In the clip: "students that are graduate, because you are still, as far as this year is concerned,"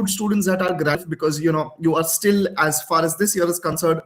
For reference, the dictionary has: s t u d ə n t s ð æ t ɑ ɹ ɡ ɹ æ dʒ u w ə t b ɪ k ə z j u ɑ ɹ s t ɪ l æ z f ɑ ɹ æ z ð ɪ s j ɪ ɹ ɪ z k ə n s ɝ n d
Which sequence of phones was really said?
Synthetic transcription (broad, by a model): s t u d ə n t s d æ t ɑ ɹ ɡ ɹ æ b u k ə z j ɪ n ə j u ɑ ɹ s t ɪ l æ z f ɑ ɹ æ z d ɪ s j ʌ ɹ ɪ z k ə n s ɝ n d